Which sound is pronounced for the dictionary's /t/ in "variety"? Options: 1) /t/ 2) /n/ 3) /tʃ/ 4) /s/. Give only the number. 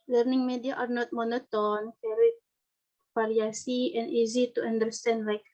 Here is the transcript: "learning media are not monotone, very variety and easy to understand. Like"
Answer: 4